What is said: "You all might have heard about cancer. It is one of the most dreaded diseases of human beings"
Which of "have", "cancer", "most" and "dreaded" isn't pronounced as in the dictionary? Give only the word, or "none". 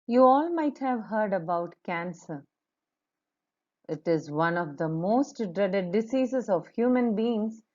none